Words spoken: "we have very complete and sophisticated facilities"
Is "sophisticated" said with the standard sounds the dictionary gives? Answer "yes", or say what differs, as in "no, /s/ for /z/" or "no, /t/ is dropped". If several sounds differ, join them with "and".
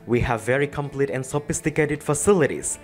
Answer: yes